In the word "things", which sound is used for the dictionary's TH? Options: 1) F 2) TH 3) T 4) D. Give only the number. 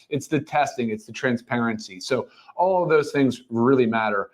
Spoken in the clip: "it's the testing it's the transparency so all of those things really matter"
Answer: 2